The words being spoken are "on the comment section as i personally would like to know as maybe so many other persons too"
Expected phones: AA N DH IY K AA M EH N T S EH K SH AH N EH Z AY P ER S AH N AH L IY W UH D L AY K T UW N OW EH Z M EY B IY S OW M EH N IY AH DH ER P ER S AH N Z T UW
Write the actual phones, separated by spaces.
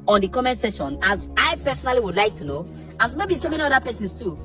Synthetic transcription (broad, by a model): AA N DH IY K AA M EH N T S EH SH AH N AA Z AY P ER S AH N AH L IY W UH D L AY K T UW N OW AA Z M EY B IY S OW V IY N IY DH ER P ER S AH N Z T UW